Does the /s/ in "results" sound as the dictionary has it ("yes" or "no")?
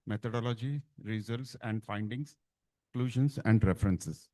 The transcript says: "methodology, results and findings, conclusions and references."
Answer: yes